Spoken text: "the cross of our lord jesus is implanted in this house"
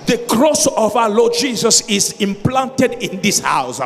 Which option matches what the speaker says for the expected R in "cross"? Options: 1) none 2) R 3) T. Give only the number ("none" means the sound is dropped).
2